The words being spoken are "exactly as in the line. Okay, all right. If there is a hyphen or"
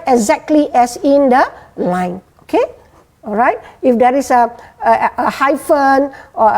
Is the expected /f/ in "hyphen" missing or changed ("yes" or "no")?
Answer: no